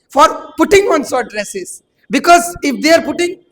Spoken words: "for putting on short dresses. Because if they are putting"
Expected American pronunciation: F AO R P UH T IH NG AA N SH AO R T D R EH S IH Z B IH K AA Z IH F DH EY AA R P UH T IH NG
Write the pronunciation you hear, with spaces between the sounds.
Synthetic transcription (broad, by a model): F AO R P UH T IH NG AA N S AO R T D R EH S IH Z B IH K AA Z IH F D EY AA R P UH T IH NG